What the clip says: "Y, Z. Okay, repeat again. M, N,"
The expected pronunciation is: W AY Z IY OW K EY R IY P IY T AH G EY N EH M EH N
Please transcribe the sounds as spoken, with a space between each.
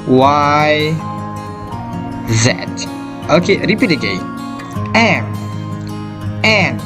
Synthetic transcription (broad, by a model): W AY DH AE OW K EY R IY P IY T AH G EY EH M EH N